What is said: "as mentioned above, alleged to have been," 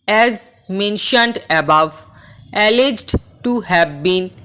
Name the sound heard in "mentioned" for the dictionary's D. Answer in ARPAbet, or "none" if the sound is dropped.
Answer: D